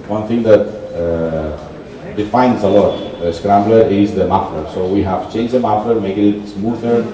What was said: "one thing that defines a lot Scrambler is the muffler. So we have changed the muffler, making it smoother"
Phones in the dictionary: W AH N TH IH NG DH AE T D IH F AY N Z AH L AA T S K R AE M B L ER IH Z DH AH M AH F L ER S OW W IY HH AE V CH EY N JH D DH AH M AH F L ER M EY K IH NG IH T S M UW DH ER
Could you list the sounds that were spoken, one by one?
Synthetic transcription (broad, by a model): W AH N T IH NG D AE T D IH F AY N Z AH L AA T S K R AE M B L ER IH Z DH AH M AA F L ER S OW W IY HH AE V CH EY N JH D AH M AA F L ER M EY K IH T IH T S M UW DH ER